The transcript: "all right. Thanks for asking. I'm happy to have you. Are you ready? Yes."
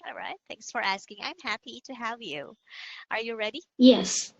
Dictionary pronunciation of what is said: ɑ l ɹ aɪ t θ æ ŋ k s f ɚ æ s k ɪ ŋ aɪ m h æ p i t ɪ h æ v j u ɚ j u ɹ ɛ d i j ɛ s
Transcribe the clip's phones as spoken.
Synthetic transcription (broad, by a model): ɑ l ɹ aɪ t θ æ ŋ k s f ɚ æ s k ɪ ŋ aɪ m h æ p i t ɪ h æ v j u ɚ j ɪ ɹ ɛ d i j ɛ s